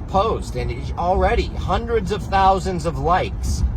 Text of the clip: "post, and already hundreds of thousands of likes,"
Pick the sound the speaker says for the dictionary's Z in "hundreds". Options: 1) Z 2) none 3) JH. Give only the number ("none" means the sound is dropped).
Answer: 1